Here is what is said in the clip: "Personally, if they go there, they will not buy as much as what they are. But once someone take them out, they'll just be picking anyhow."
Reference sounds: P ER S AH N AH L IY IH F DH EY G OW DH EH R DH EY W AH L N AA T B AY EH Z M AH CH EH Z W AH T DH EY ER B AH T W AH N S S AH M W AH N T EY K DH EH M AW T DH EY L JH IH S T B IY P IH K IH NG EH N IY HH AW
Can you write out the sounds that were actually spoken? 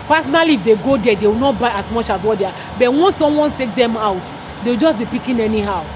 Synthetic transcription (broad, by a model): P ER S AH N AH L IY F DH EY G OW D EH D EY W AH L N AA T B AY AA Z M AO CH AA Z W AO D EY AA B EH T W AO N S S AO M W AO N T EY K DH EH M AW T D EY W JH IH S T B IY P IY K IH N EH N IY HH AW